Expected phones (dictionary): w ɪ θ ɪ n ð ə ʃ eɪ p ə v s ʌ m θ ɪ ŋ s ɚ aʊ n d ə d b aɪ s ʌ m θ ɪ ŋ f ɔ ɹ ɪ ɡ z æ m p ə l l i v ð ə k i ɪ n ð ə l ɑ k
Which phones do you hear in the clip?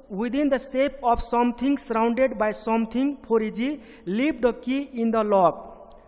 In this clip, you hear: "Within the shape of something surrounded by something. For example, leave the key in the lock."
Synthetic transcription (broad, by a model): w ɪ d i n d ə s eɪ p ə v s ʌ m t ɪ ŋ s ɚ aʊ n d ə d b aɪ s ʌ m t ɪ ŋ p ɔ ɹ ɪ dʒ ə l l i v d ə k i ɪ n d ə l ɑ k